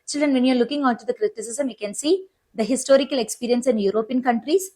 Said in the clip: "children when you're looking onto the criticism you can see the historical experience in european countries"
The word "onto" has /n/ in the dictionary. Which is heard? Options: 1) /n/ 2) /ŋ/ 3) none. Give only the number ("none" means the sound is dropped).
3